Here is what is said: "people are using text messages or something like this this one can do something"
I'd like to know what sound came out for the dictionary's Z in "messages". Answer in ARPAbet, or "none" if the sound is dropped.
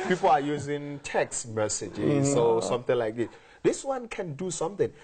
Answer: none